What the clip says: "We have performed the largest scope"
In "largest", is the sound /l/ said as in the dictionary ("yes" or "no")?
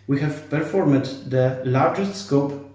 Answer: yes